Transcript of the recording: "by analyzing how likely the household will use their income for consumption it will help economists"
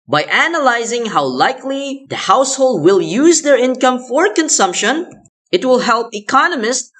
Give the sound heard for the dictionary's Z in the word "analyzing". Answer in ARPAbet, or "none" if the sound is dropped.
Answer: Z